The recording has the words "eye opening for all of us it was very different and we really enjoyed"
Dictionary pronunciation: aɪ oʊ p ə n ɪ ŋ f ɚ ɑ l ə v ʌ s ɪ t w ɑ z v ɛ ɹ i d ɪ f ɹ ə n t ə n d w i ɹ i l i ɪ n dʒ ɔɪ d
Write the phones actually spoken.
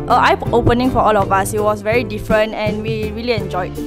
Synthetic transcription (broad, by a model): aɪ oʊ p ə n ɪ ŋ f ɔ ɑ l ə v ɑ s ɪ t w ɑ s v ɛ ɹ i d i f ɹ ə n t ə n w i ɹ i l i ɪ n dʒ ɔɪ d